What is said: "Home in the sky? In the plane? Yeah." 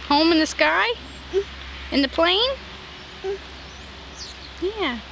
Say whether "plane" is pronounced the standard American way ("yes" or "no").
yes